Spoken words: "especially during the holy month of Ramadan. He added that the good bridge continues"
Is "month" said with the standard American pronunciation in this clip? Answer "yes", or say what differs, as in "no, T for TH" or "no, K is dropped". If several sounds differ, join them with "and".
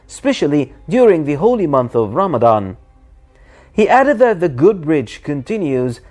yes